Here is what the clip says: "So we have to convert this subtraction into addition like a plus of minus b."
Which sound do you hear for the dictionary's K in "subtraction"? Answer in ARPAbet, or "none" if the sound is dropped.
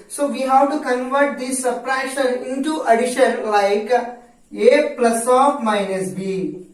none